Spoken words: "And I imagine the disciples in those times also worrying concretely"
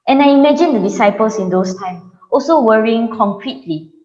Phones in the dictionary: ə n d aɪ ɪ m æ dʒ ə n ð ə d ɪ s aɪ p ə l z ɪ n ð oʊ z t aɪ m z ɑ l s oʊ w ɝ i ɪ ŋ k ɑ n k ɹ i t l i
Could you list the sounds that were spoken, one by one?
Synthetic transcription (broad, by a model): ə n aɪ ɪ m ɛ dʒ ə n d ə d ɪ s aɪ p ə l s ɪ n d oʊ s t aɪ m ɑ l s oʊ w ɝ i ɪ ŋ k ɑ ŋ k ɹ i t l i